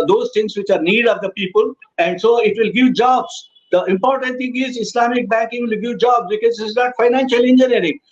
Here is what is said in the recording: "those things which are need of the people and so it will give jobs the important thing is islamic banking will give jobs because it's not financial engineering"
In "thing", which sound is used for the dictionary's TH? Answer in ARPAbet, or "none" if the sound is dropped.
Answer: T